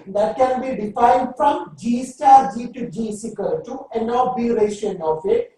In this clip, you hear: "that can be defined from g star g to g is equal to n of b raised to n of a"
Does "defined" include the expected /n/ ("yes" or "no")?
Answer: yes